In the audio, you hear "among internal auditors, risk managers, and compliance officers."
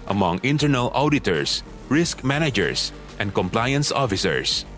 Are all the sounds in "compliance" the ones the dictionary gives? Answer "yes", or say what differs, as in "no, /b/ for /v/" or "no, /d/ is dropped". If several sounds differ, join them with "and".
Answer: yes